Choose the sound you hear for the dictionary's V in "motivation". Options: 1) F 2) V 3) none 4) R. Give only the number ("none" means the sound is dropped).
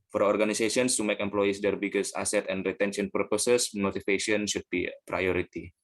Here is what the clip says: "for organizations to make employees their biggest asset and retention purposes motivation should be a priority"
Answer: 1